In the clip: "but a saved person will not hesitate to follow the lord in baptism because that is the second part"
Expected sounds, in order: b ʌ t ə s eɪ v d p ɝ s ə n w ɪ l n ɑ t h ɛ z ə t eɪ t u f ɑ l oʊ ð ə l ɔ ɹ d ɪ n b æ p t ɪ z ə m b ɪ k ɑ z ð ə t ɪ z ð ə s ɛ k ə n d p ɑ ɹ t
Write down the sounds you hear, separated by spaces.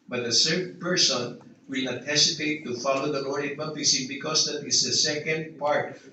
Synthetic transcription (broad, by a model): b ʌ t ə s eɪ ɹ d p ɝ s ə n w ɪ l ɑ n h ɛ s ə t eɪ t u f ɑ l oʊ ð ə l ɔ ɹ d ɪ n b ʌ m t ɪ s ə b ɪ k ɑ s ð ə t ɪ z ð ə s ɛ k ə n d p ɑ ɹ t